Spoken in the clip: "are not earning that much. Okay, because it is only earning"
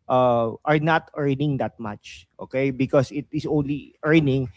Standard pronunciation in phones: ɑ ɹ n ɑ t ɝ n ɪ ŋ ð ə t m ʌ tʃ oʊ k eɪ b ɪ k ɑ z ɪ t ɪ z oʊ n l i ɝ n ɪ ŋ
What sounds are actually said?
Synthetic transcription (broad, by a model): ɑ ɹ n ɑ t ɝ n ɪ ŋ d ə t m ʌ tʃ oʊ k eɪ b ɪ k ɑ s ɪ t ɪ s oʊ n l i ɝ n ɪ ŋ